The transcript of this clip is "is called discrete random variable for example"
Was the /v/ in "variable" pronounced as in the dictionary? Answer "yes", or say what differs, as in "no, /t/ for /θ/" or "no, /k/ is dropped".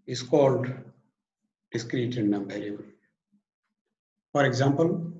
no, /b/ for /v/